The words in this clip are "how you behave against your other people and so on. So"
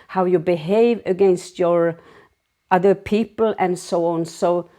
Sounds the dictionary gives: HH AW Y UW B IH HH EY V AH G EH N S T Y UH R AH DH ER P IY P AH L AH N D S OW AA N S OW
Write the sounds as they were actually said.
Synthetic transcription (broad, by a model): HH AW Y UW B IH HH EY V AH G EH N S T Y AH R AH DH ER P IY P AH L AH N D S OW AA N S OW